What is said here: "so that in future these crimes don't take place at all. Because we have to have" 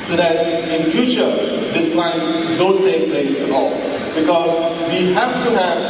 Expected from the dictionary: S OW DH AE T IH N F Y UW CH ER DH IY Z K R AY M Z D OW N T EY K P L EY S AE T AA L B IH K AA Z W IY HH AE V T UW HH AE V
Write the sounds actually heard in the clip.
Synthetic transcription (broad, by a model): S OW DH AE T IH N F Y UW CH ER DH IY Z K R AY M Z D OW N T EY K P L EY S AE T AA L B IH K AA Z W IY HH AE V T UW HH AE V